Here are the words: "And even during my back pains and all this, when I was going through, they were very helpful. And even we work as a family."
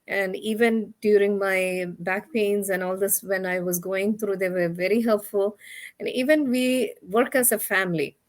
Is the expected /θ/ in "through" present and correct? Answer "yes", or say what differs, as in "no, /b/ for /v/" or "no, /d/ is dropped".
no, /t/ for /θ/